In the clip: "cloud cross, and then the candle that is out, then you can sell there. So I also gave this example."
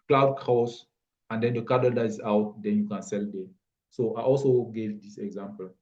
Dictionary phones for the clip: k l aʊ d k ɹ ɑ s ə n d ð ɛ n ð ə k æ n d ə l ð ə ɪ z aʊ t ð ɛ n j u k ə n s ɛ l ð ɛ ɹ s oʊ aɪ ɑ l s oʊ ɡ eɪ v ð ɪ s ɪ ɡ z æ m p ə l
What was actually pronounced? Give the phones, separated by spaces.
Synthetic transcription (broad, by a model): k l aʊ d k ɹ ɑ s ə n d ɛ n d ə k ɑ d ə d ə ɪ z aʊ t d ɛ n j u k ə n s ɛ l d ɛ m s oʊ aɪ ɑ l s oʊ ɡ eɪ v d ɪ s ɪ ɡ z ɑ m p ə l